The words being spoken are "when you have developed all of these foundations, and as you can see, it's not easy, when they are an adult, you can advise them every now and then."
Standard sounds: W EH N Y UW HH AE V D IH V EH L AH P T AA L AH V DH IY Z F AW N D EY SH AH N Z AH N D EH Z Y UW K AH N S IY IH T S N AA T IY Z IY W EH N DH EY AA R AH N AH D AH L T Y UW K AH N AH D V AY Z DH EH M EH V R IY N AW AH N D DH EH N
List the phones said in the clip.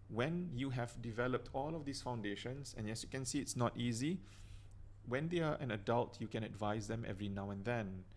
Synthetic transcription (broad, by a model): W EH N Y UW HH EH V D IH V EH L AH P T AA L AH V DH IY S F AW N D EY SH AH N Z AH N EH S Y UW K AH N S IY IH T S N AA T IY Z IY W EH N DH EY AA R AH N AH D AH L T Y UW K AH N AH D V AY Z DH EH M EH V R IY N AW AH N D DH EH N